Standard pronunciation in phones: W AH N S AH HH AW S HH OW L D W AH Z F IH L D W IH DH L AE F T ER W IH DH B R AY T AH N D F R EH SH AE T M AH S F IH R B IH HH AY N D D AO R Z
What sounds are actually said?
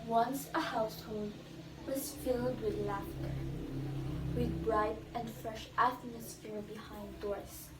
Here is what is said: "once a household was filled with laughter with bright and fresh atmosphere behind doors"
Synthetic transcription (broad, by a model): W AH N S AH HH AW S HH OW L D W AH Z F IH L D W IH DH L AE F T ER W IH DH B R AY T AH N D F R EH SH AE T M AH S F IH R B IH HH AY N D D AO R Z